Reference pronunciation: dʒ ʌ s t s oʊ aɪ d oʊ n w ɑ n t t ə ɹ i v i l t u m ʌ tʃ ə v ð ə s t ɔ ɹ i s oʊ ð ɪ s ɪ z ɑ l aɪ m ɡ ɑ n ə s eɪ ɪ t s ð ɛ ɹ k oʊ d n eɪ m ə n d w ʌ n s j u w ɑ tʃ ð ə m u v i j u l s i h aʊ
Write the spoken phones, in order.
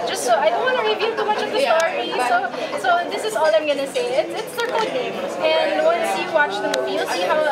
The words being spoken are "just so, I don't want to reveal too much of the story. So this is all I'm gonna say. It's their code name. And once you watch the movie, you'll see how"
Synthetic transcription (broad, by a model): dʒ ʌ s t s oʊ aɪ d oʊ n w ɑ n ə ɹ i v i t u m ʌ tʃ ə v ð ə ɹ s ɔ i s oʊ ð ɪ s ɪ z ɑ l aɪ m ɡ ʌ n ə s eɪ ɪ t s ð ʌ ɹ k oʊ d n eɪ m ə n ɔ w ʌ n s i w ɑ tʃ ð ə m u v i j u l s i h aʊ